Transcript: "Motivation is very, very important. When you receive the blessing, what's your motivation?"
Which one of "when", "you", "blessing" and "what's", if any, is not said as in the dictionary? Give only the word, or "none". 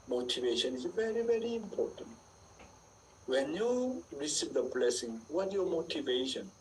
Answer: what's